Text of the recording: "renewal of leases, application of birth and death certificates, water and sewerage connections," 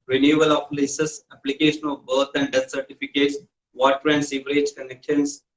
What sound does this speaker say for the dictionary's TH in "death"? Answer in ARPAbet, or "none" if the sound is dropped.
S